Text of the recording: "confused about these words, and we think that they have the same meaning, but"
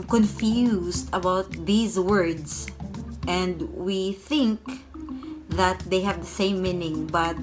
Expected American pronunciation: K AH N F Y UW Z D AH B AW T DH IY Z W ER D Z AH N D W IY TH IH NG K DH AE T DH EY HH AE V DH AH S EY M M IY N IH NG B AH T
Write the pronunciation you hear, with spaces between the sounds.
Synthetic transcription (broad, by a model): K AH N F Y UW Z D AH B AW T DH IY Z W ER D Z AH N D W IY TH IH NG K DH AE T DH EY HH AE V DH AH S EY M M IY N IH NG B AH T